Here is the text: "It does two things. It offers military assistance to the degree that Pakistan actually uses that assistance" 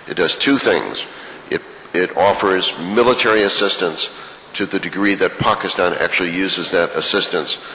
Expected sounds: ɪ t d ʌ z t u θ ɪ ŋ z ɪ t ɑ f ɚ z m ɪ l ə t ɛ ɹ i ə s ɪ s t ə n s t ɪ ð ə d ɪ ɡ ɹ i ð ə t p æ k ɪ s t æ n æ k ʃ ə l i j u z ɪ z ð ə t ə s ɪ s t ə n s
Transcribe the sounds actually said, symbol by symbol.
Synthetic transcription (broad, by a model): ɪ t d ʌ z t u θ ɪ ŋ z ɪ t ɑ f ɚ z m ɪ l ə t ɛ ɹ i ə s ɪ s t ə n s t ɪ ð ə d ɪ ɡ ɹ i ð ə t p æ k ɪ s t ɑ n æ k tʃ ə l i j u z ɪ z ð ə t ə s ɪ s t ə n s